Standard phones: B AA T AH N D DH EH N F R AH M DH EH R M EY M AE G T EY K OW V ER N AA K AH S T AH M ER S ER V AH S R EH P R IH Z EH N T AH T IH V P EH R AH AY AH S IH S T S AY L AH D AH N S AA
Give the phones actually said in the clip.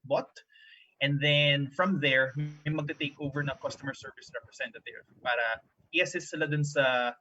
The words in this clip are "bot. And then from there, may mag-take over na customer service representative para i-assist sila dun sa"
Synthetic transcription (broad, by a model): B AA T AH N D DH EH N F R AH M DH EH R M EY M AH G T EY K OW V ER N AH K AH S T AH M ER S ER V AH S R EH P R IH S EH N T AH T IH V P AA R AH AY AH S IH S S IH L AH D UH N S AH